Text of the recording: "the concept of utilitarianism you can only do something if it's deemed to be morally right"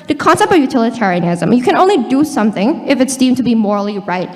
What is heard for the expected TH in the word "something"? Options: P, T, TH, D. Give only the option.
TH